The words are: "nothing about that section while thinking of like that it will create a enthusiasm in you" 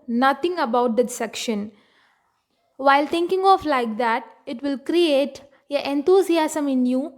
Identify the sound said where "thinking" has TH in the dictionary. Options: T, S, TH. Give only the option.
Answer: T